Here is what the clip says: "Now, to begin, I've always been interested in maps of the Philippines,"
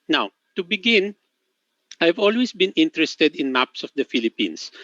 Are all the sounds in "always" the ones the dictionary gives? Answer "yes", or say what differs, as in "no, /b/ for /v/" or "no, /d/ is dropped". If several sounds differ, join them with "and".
no, /s/ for /z/